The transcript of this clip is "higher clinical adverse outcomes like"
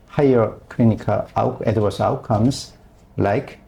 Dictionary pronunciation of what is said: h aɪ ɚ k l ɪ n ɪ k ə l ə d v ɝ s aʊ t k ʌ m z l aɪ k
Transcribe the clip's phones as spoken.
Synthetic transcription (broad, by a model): h aɪ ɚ k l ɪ n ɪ k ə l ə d w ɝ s aʊ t k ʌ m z l aɪ k